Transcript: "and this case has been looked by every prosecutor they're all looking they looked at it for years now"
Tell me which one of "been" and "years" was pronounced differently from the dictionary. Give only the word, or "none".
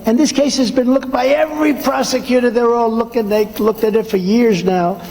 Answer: none